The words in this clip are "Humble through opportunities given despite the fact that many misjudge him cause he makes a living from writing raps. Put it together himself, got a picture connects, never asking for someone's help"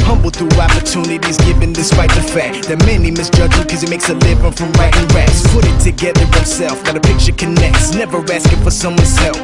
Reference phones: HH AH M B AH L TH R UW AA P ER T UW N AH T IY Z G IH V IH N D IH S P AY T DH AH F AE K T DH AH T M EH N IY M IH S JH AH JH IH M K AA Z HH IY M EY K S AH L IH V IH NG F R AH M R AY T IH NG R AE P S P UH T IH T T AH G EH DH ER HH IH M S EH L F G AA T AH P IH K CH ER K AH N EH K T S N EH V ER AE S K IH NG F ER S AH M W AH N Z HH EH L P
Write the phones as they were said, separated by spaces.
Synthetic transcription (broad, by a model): HH AH M B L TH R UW AA P ER T UW N AH T IY Z G IH V IH N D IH S P AY T DH AH F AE K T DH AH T M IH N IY M IH S JH AH JH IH K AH Z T M EY K S AH L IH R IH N F R AH M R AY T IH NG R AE S P UH T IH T T AH G EH DH ER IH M S EH L F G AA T AH P IH K CH ER K AH N EH K T S N EH V ER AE S K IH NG F ER S AH M W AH N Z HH EH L